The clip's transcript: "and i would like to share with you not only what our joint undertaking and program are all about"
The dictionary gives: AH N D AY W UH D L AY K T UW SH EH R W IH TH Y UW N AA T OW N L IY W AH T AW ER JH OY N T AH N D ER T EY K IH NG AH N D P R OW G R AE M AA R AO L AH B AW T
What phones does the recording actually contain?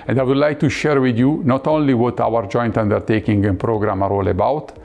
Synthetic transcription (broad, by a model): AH N D AY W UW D L AY K T UW SH EH R W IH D Y UW N AA T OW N L IY W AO T AW ER JH OY N T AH N D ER T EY K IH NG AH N P R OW G R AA M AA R AO L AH B AW T